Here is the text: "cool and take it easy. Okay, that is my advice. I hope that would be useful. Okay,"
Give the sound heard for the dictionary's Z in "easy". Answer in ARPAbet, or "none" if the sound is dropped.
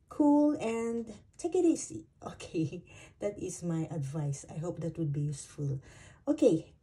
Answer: S